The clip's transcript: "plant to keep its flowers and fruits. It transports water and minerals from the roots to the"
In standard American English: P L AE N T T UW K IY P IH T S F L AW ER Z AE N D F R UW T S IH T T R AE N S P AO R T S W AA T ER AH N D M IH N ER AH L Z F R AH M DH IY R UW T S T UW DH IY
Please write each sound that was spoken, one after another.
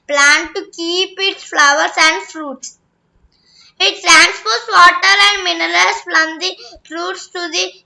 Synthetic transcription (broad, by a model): P L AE N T T UW K IY P IH T S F L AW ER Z AE N D F R UW T S IH T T R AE N S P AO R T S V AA T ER AH N D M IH N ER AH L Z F L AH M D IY R UW T S T UW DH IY